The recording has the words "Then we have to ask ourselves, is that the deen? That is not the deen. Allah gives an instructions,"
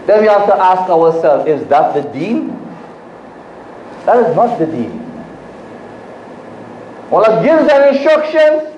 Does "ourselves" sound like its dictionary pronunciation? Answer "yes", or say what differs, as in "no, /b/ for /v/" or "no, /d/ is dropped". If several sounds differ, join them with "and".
no, /w/ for /ɹ/